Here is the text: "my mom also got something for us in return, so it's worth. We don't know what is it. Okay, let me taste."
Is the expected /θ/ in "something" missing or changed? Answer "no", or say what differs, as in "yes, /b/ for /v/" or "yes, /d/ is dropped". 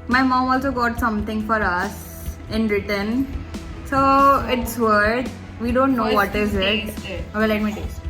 yes, /t/ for /θ/